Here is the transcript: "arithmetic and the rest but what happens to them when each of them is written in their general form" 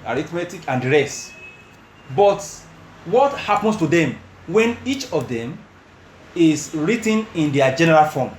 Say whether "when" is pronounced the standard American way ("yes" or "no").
yes